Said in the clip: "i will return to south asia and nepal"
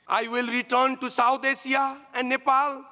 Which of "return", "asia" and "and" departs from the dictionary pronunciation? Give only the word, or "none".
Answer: asia